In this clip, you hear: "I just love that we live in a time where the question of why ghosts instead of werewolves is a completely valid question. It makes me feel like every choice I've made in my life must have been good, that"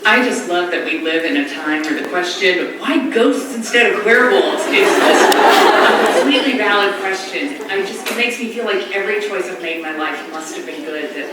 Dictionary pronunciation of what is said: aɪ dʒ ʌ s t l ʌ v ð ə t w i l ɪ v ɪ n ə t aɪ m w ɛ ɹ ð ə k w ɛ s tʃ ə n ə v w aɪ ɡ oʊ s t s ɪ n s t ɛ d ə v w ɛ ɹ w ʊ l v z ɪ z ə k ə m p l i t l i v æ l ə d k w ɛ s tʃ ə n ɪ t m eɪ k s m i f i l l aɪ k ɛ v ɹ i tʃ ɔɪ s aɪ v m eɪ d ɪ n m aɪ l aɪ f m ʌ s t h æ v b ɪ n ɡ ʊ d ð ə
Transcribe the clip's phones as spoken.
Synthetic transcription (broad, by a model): aɪ dʒ ʌ s t l ʌ v ð ə t w i l ɪ v ɪ n ə t aɪ m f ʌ ɹ ð ə k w ɛ s tʃ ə n ə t w aɪ ɡ oʊ s t s ɪ n s t ɛ d ə v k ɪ ɹ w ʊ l z ɪ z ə k ə m p l i t l i v æ l ə d k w ɛ s tʃ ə n ɪ t m eɪ k s m i f i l l aɪ k ɛ v ɹ i tʃ ɔɪ s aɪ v m eɪ d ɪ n m aɪ l aɪ f m ʌ s t h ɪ v b ɪ n ɡ ʊ d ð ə